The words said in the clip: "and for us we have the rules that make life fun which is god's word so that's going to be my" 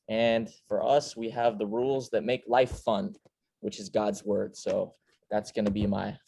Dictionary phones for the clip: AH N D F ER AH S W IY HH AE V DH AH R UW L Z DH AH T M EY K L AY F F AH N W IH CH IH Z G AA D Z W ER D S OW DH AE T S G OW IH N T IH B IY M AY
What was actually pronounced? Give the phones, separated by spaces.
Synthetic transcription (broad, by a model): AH N F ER AH S W IY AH V DH AH R UW L Z DH AH T M EY K L AY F F AH N W IH CH IH Z G AA D Z W ER D S OW DH AE T S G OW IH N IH B IY M AY